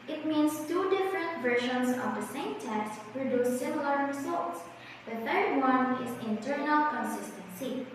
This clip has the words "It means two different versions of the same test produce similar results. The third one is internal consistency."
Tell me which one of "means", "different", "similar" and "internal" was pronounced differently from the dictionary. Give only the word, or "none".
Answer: means